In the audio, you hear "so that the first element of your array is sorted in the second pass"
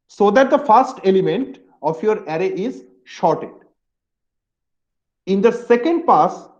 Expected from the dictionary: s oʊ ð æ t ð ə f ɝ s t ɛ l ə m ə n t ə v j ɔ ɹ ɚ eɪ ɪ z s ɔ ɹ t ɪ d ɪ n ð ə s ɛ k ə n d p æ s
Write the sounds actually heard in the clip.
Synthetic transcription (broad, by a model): s oʊ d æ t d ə f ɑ s t ɛ l ə m ə n t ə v j ɔ ɹ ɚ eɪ ɪ z ʃ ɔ ɹ t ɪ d ɪ n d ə s ɛ k ə n d p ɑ s